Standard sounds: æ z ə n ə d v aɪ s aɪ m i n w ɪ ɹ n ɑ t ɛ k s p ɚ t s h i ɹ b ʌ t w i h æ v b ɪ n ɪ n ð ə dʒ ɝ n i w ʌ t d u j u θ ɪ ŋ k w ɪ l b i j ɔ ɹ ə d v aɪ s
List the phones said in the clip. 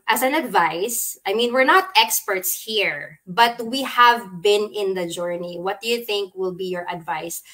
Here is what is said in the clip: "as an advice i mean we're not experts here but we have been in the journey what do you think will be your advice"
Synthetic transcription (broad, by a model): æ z ə n ə d v aɪ s aɪ m i n w ɪ ɹ n ɑ t ɛ k s p ɚ t s h i ɹ b ʌ t w i h æ v b ɪ n ɪ n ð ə dʒ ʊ n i w ʌ t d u j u θ ɪ ŋ k w ɪ l b i j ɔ ɹ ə d v aɪ s